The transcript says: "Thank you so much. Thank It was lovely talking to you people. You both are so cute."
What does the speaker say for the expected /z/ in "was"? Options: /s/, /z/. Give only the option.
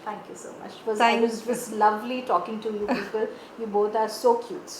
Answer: /s/